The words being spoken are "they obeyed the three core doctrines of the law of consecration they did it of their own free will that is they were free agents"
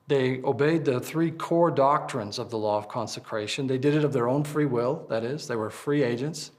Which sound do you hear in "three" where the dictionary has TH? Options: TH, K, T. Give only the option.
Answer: TH